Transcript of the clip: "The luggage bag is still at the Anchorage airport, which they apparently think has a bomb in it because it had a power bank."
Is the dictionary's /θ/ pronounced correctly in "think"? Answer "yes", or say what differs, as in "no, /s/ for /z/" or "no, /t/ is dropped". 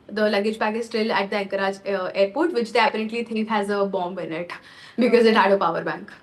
no, /t/ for /θ/